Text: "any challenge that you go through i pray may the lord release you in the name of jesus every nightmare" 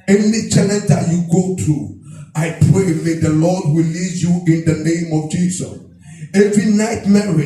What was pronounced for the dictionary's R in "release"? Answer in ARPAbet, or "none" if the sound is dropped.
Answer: W